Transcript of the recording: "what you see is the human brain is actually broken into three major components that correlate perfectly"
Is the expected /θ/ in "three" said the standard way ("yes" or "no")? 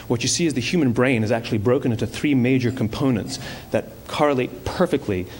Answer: yes